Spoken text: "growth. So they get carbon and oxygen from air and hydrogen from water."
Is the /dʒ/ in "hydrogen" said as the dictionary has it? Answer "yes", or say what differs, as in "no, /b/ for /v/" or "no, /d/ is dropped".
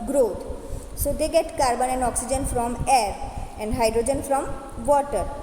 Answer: yes